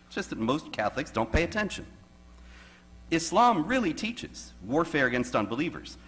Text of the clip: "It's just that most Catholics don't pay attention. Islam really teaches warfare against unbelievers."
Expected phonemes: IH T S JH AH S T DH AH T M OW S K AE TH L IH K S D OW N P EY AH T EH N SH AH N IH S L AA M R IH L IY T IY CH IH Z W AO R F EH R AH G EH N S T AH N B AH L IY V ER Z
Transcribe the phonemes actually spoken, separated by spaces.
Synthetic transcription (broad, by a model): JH AH S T DH AH T M OW S K AE TH L IH K S D OW N P EY AH T EH N SH AH N IH S L AA M R IH L IY T IY CH IH Z W AO R F EH R AH G EH N S T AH N B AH L IY V ER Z